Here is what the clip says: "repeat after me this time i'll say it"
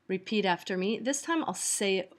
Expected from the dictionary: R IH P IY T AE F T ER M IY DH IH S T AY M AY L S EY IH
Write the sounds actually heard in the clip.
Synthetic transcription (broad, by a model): R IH P IY T AE F T ER M IY DH IH S T AY M AY L S EY IH